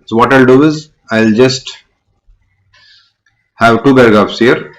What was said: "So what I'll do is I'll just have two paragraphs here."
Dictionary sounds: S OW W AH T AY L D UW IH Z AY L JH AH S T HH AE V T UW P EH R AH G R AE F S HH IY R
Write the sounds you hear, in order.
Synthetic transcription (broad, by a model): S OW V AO T AY L D UW IH Z AY L JH AH S T HH AE V T UW B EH R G AA P S HH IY R